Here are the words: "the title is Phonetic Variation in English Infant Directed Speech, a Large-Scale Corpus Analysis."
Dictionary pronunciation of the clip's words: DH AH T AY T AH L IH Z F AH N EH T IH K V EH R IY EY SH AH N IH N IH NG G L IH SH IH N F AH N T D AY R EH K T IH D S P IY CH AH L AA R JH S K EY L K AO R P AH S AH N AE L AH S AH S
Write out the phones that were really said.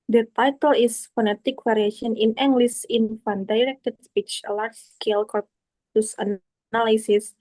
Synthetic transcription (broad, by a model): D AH T AY T AH L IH S F AH N EH T IH K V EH R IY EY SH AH N IH N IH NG G L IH S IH N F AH N D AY R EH K T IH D S P IY CH AH L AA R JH S K EY L K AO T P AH S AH N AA L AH S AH S